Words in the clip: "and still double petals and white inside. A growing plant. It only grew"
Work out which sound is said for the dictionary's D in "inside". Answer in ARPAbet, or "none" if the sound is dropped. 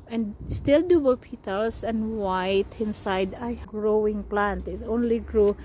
D